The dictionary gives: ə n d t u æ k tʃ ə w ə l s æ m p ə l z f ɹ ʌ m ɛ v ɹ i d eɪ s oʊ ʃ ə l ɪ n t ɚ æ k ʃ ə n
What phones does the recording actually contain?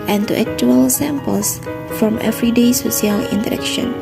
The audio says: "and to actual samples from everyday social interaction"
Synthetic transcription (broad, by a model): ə n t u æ k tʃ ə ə l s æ m p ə l s f ɹ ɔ m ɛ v ɹ i d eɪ s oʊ s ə l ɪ n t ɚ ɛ k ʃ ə n